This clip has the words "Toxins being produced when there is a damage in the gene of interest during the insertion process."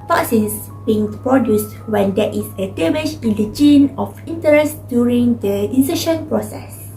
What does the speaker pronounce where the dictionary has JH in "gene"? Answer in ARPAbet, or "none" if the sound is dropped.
JH